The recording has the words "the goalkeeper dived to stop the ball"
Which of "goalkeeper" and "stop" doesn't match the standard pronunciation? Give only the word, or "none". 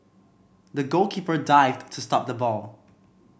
none